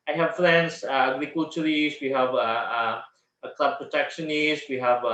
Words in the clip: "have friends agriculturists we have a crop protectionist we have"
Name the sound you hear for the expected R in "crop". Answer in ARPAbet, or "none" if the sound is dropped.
L